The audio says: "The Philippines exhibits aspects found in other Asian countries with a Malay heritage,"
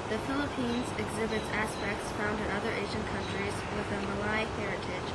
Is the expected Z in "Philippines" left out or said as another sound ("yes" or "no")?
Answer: no